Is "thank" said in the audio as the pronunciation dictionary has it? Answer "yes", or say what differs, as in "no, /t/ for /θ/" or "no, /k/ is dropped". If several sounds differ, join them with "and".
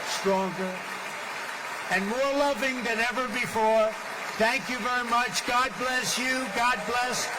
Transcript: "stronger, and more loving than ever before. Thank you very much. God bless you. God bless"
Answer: yes